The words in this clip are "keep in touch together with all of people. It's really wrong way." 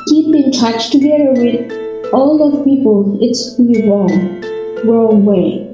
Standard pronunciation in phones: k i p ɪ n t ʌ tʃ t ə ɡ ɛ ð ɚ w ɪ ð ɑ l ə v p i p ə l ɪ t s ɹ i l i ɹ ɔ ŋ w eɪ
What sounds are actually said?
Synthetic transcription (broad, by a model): k i p ɪ n t ʌ tʃ t ə ɡ ɛ ð ɚ w ɪ ð ɑ l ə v p i p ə l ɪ t s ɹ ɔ w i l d w eɪ